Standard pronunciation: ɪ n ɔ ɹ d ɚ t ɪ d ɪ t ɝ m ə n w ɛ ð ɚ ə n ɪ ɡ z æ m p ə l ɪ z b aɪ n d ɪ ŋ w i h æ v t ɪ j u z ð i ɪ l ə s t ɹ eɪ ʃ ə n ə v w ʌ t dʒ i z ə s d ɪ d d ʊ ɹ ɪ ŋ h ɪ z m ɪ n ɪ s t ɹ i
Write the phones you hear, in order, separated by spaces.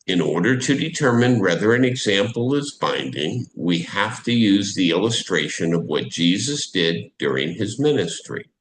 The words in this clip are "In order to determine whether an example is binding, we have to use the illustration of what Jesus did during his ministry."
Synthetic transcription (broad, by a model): ɪ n ɔ ɹ d ɚ t ɪ d ɪ t ɝ m ə n w ɛ ð ɚ ə n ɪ ɡ z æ m p l ɪ z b aɪ n d ɪ ŋ w i h æ f t ɪ j u z ð i ɪ l ə s t ɹ eɪ ʃ ə n ə v w ʌ t dʒ i z ə s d ɪ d d ʊ ɹ ɪ ŋ ɪ z m ɪ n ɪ s t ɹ i